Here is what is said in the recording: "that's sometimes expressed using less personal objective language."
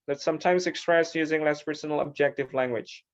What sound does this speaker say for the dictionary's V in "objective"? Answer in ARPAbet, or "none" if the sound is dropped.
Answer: V